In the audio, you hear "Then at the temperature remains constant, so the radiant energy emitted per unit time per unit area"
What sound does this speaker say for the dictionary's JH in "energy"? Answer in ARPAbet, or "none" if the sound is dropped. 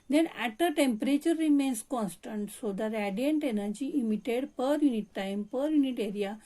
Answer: JH